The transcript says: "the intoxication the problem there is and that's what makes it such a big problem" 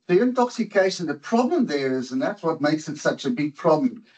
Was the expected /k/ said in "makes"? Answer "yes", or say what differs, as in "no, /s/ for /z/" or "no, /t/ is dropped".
yes